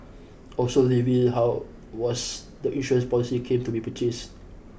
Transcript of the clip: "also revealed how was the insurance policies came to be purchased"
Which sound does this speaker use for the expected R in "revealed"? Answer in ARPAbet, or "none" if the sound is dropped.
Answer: L